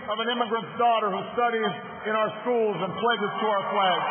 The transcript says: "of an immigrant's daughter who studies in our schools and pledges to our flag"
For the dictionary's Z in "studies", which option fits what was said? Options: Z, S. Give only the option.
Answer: Z